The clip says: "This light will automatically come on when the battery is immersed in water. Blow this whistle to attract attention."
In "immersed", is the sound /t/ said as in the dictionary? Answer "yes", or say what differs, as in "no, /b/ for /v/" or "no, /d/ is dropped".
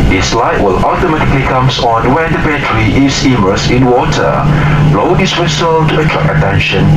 no, /t/ is dropped